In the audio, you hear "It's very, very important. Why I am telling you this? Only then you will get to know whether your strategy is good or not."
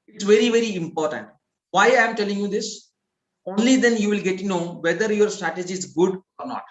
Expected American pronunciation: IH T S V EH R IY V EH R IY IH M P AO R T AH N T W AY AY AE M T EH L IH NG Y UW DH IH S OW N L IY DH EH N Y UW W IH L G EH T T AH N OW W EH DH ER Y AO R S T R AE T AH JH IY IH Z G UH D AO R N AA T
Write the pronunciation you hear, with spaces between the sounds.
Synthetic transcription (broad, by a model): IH T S V EH R IY V EH R IY IH M P AO R T AH N T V AY AY M T EH L IH NG Y UW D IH S OW N L IY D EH N Y UW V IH L G EH T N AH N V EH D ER Y AO R S T R AE T AH JH IY IH Z G UH D AO R N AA T